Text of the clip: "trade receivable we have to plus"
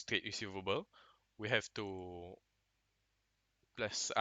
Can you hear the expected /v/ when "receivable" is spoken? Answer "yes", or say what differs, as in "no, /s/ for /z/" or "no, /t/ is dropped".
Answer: yes